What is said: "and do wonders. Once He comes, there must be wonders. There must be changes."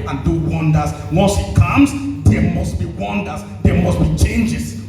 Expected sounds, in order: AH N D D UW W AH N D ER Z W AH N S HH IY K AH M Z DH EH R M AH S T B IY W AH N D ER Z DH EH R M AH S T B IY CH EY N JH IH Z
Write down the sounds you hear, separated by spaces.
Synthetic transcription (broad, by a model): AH N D D UW W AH N D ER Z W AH L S HH IY K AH M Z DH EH M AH S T B IY W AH N D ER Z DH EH M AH S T B IY CH EY N JH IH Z